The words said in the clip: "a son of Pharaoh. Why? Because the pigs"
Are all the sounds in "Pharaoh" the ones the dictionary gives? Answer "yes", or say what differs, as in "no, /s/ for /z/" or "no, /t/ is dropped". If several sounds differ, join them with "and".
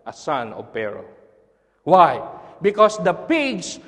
no, /p/ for /f/